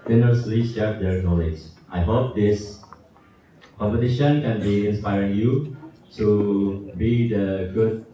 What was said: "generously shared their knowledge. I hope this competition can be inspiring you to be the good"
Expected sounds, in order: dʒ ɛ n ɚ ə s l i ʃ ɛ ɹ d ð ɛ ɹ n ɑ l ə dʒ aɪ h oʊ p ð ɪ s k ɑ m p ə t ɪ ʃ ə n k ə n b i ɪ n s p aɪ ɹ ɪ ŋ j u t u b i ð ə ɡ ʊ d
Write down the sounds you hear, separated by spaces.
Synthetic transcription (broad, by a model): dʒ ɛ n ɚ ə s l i s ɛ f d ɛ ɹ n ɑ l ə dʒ aɪ h oʊ p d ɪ s k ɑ m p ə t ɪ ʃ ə n k ə n b i ɪ n s p aɪ ɹ ɪ ŋ j u t u b i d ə ɡ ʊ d